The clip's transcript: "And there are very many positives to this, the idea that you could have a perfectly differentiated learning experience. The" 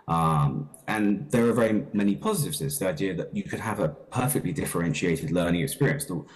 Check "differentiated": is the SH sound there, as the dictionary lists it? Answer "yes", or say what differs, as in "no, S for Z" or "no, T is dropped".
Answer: yes